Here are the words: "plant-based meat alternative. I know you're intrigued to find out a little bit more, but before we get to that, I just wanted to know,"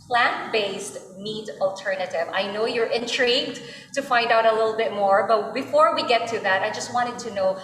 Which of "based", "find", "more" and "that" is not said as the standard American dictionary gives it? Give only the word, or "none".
none